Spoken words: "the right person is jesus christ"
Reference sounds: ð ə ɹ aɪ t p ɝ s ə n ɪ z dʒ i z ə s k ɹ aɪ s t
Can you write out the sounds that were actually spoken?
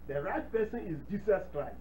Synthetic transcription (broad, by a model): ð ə ɹ aɪ t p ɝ s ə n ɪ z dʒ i s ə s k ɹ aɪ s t